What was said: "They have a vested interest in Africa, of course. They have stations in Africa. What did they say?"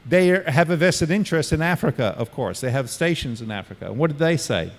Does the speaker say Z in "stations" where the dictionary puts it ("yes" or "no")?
yes